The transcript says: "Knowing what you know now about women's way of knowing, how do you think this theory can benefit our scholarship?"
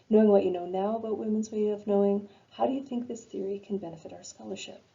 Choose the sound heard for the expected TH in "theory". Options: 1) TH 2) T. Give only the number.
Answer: 1